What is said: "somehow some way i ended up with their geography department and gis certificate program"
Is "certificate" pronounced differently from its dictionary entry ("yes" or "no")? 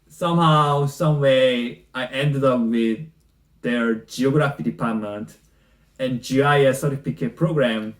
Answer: yes